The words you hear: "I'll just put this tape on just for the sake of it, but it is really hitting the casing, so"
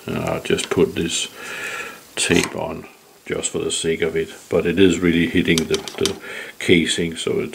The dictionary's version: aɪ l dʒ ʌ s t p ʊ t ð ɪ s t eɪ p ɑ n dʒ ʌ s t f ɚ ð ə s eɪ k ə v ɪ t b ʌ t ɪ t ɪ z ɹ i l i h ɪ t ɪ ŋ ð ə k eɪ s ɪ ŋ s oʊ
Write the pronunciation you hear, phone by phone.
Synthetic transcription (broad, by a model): aɪ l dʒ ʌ s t p ʊ t ð ɪ s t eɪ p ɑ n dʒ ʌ s t f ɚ ð ə s eɪ k ə v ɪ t b ʌ t ɪ t ɪ z ɹ i l i h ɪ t ɪ ŋ ð ə k eɪ s ɪ ŋ s oʊ